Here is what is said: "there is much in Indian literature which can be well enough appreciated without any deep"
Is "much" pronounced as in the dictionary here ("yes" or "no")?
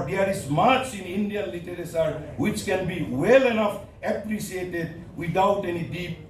no